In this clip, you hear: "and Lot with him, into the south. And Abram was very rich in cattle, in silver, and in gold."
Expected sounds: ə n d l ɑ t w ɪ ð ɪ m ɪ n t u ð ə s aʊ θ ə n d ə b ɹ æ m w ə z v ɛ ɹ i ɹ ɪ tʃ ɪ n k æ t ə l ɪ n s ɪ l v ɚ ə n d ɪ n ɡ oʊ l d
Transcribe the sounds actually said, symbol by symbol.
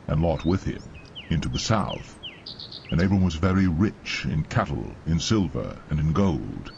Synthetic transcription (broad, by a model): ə n l ɑ t w ɪ ð ɪ m ɪ n t u ð ə s aʊ θ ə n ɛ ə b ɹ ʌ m w ə z v ɛ ɹ i ɹ ɪ tʃ ɪ n k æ t l ɪ n s ɪ l v ɚ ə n ɪ n ɡ oʊ l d